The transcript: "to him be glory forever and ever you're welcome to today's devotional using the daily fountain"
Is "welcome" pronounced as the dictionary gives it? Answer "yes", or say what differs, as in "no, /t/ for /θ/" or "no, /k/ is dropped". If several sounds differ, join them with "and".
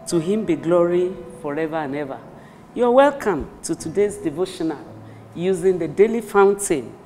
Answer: yes